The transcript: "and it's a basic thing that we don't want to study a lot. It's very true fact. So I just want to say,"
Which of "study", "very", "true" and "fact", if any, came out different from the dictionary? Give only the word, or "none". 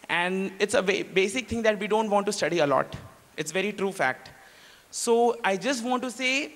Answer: none